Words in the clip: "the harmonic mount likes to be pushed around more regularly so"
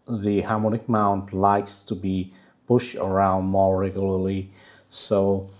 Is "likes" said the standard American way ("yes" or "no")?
yes